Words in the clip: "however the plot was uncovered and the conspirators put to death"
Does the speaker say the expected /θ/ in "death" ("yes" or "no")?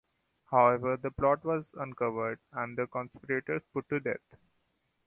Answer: no